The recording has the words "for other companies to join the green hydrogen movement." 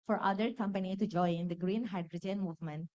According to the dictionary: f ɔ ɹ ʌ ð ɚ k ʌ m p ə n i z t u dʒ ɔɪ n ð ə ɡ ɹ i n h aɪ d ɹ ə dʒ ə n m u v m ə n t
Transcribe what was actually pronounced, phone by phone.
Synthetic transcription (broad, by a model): f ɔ ɹ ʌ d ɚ k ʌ m p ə n i t u dʒ ɔɪ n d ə ɡ ɹ i n h aɪ d ɹ ə dʒ ə n m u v m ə n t